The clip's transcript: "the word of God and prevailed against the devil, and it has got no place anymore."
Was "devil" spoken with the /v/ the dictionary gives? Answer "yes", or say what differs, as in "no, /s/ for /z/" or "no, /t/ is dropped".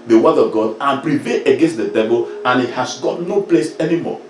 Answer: no, /b/ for /v/